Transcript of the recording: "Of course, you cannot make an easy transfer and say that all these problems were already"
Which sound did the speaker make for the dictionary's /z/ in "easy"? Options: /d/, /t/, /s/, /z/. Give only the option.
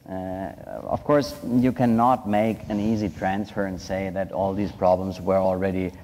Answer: /z/